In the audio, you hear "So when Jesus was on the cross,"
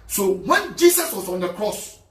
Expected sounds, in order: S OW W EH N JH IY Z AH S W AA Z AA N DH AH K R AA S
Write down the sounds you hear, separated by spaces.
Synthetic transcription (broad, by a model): S OW W EH N JH IY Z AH S W AA S AA N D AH K R AA S